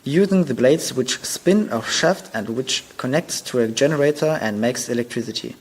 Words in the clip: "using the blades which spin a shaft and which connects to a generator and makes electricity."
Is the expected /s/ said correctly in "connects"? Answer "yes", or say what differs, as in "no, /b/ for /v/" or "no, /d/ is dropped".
yes